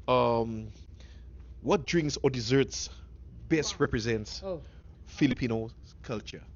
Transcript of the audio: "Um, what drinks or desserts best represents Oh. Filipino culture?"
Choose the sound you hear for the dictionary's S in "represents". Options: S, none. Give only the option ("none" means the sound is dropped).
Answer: S